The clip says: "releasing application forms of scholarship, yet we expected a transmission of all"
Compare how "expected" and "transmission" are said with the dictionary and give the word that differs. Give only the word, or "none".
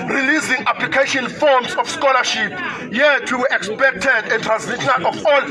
transmission